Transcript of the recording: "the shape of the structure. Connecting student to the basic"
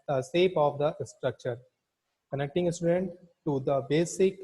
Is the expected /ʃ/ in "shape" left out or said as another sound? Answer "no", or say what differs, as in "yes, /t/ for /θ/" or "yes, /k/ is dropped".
yes, /s/ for /ʃ/